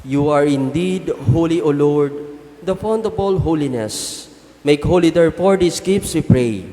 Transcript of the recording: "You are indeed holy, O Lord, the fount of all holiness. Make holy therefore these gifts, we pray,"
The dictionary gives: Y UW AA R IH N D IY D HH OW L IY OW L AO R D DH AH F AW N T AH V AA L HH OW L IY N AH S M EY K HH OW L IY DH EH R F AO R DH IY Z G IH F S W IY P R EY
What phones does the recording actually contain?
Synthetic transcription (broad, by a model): Y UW AA R IH N D IY D HH OW L IY OW L AO R D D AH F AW N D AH B AA L HH OW L IY N AH S M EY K HH OW L IY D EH R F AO R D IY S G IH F S W IY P R EY